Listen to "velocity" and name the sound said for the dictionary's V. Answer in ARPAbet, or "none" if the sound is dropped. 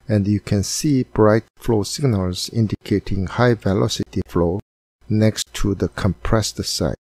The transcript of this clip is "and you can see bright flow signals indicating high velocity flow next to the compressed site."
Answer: V